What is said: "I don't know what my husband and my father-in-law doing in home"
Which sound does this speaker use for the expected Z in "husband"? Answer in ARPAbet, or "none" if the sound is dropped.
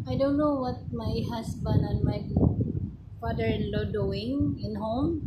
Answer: S